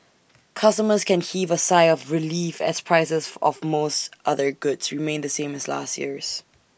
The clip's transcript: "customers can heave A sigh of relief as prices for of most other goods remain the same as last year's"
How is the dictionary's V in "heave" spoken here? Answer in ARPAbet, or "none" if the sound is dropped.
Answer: V